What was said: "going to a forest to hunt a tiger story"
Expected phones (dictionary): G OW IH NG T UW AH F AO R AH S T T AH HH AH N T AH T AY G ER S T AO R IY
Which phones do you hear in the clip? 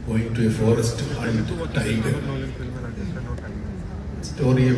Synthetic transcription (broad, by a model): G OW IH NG T UW AH F AO R AH S T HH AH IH T T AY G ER S T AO R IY